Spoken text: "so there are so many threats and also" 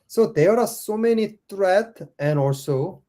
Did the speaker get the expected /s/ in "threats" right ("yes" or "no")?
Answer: no